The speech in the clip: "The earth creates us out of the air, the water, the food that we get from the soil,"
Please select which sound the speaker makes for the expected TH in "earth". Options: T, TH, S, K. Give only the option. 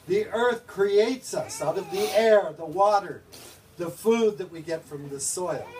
TH